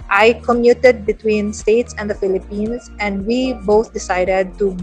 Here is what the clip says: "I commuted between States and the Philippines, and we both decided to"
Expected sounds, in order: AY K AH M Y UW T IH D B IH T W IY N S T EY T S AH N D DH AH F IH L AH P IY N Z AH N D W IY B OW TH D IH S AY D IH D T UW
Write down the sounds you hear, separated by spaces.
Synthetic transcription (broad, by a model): AY K AH M Y UW T IH D B IH T W IY N S T EY T S AH N D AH F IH L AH P IY N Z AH N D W IY B OW T D IH S AY D IH D T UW